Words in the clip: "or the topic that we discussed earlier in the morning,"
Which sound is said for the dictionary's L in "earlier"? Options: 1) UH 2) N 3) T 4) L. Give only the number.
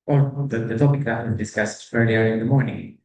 4